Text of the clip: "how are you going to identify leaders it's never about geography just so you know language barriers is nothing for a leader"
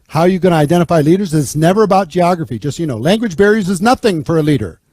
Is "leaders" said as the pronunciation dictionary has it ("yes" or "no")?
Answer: yes